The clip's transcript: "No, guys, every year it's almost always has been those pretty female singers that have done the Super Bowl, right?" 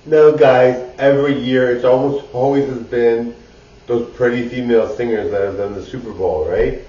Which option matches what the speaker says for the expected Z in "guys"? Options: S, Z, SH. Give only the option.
Z